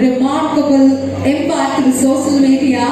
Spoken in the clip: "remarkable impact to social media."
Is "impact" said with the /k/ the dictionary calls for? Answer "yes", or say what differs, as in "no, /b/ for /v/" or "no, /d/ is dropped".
no, /k/ is dropped